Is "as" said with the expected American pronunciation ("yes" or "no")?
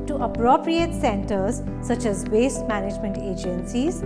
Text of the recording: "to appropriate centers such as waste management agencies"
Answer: yes